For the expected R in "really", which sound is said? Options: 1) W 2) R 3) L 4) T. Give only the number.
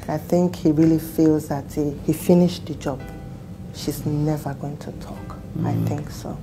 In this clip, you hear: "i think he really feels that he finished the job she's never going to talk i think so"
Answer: 2